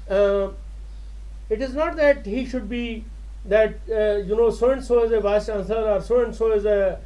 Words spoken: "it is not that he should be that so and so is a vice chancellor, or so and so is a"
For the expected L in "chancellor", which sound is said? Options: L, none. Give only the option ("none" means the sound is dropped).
none